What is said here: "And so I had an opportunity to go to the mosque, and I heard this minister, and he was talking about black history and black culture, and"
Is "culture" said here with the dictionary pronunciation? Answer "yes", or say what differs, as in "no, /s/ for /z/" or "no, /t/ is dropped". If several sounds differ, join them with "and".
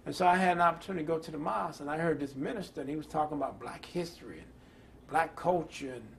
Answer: no, /l/ is dropped